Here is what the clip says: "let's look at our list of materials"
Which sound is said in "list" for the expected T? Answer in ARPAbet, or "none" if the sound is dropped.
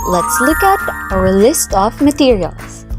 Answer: T